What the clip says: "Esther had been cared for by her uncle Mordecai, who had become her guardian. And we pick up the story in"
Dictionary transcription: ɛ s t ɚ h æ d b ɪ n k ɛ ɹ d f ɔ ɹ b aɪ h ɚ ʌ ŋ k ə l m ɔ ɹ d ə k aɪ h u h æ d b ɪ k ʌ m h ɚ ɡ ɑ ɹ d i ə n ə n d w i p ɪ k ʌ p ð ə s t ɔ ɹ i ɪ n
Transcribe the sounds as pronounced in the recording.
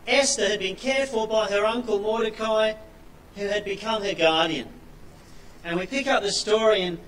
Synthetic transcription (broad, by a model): ɛ s t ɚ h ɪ d b ɪ n k ɛ ɹ f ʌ l b aɪ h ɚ ʌ ŋ k ə l m ɔ ɹ d ə k aɪ h u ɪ d b ɪ k ʌ m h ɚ ɡ ɑ ɹ d i ə n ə n w i p ɪ k ʌ p ð ə s t ɔ ɹ i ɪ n